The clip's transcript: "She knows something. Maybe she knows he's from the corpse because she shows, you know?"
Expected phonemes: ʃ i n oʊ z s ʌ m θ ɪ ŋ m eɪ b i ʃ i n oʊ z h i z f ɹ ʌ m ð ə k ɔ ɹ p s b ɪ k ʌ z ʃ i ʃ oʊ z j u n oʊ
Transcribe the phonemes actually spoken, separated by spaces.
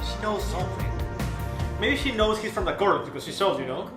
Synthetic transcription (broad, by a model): ʃ i n oʊ z s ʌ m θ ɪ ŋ m eɪ b i ʃ i n oʊ z h i z f ɹ ʌ m ð ə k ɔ ɹ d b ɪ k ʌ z ʃ i s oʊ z j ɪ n oʊ